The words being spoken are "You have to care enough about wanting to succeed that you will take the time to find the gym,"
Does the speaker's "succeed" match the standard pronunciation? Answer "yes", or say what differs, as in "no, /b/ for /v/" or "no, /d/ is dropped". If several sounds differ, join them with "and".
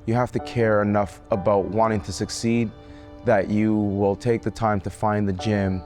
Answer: yes